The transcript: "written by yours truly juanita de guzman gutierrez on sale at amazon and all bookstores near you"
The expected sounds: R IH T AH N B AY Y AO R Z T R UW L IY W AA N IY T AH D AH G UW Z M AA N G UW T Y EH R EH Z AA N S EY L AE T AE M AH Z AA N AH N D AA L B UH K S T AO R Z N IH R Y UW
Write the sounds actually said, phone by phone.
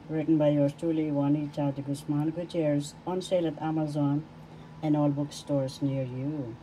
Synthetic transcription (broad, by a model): R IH T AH N B AY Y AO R S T UW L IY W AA N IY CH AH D G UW S M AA N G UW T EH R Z AA N S EY L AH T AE M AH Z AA N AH N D AA L B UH K S T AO R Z N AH R Y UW